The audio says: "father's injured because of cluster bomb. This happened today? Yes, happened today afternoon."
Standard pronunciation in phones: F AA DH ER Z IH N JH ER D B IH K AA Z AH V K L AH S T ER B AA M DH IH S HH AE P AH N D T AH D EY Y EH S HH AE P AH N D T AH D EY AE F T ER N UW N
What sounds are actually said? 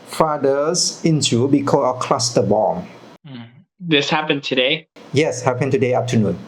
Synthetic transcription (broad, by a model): F AA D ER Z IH N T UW B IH K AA AH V K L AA S T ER B AA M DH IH S HH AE P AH N T AH D EY Y EH S HH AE P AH N T AH D EY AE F T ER N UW N